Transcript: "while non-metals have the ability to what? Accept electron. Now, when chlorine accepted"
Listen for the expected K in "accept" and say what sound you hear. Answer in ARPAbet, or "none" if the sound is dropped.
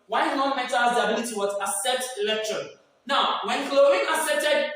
none